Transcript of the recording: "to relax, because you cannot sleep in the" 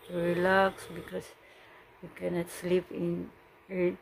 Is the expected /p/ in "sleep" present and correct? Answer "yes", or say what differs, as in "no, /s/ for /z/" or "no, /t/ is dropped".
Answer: yes